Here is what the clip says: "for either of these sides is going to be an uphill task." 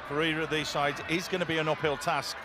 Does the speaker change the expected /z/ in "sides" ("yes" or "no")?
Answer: no